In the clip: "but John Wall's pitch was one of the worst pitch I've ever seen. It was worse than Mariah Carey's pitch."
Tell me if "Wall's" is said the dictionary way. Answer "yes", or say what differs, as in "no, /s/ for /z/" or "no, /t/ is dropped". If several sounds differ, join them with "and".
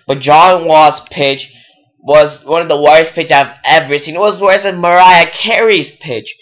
no, /l/ is dropped